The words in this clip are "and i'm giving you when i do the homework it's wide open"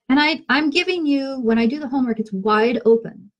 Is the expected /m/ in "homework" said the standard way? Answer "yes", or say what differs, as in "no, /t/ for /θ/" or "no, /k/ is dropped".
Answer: yes